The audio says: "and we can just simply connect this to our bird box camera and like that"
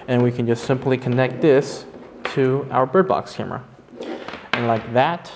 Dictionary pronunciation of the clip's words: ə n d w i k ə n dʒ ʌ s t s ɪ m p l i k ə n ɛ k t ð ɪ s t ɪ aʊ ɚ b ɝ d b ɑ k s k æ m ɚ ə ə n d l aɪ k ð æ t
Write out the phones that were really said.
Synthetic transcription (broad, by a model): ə n w i k ə n dʒ ʌ s t s ɪ m p l i k ə n ɛ k t ð ɪ s t ɪ aʊ ɚ b ɝ d b ɑ k s k æ m ɚ ə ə n l aɪ k ð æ t